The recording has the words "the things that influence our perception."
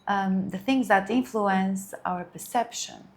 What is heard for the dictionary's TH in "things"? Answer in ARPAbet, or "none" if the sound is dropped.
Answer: TH